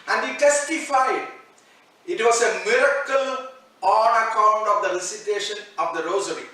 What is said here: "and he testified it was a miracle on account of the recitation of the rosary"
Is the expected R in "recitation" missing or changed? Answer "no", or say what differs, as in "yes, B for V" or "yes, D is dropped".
yes, L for R